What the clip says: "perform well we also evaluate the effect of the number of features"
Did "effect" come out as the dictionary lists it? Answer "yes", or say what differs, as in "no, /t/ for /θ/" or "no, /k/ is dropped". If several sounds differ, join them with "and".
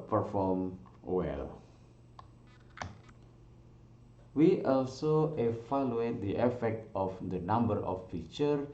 yes